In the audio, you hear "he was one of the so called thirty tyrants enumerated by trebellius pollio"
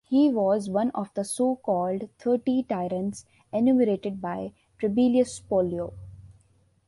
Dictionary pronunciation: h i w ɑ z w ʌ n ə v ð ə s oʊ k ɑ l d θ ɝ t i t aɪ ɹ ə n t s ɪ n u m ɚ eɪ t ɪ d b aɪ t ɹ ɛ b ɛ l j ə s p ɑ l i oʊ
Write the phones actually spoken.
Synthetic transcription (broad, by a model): h i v ɑ z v ʌ n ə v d ə s oʊ k ɑ l d t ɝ t i t aɪ ɹ ə n t s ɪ n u m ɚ eɪ t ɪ d b aɪ t ɹ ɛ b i l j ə s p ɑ l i oʊ